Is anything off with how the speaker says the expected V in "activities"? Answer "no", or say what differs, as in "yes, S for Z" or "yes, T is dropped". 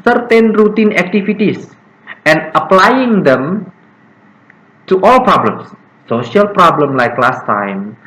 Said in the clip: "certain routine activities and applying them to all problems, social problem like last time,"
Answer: yes, F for V